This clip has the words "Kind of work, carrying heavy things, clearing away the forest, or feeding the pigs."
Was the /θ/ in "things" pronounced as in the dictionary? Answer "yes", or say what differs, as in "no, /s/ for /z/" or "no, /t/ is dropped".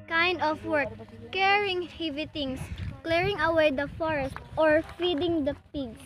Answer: no, /t/ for /θ/